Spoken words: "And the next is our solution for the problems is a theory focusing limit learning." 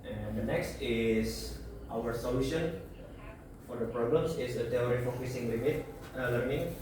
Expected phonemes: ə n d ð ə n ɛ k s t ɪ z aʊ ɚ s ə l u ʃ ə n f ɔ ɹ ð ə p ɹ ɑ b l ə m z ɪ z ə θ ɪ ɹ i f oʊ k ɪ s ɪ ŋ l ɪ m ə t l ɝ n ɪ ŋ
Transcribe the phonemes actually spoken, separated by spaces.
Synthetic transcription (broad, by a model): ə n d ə n ɛ k s t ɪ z aʊ ɚ s ə l u ʃ ə n f ɔ ɹ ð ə p ɹ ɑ b l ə m s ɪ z ə t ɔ ɹ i f oʊ k ɪ s ɪ ŋ l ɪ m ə t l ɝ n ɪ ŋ